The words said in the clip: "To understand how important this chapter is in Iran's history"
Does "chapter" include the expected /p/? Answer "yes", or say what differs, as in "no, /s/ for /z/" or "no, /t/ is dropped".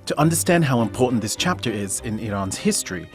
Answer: yes